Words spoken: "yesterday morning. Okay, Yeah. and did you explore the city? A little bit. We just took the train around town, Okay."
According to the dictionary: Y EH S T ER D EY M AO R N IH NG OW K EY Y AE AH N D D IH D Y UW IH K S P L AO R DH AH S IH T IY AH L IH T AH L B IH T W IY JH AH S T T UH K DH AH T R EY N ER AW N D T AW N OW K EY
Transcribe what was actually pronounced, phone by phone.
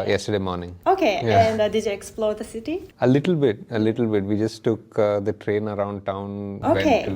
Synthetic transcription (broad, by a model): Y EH S T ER D EY M AO R N IH NG OW K EY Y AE AH N D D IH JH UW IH K S P L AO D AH S IH T IY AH L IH T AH L B IH T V IY JH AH S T T UH K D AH T R EY N ER AW N D T AW N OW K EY